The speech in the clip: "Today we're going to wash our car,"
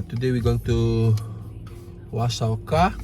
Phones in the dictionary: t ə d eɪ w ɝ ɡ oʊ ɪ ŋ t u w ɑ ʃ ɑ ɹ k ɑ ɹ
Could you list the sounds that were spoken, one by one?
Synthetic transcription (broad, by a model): t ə d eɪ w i ɡ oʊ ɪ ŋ t u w ɑ s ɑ l k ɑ